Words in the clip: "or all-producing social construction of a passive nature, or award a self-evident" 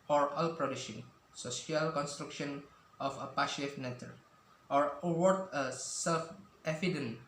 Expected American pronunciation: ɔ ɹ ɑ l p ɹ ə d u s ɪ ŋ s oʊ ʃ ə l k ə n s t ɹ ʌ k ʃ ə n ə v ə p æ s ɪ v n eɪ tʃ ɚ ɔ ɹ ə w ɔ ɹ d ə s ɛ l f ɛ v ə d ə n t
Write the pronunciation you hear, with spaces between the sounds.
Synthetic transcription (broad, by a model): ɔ ɹ ɑ l p ɹ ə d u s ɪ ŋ s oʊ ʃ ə l k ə n s t ɹ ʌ k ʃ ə n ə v ə p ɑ ʃ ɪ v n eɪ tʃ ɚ ɔ ɹ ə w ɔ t ə s ɛ l f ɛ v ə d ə n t